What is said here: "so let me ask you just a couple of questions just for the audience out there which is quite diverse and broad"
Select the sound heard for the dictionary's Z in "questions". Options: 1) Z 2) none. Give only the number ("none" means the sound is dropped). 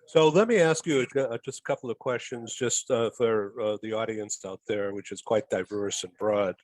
1